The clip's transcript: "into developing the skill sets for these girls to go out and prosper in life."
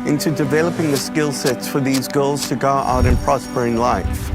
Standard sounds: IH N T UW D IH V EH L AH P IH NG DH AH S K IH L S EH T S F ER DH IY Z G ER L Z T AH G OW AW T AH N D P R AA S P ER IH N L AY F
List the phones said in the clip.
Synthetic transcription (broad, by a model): IH N T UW D IH V EH L AH P IH NG DH AH S K IH L S EH T S F ER DH IY Z G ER L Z T AH G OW AW T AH N P R AA S P ER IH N L AY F